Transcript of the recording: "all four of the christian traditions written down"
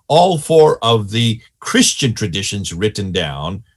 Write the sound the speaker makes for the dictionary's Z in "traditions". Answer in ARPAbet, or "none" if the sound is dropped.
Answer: Z